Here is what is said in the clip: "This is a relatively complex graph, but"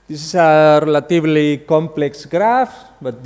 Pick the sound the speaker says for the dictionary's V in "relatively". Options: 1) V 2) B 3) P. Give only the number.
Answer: 2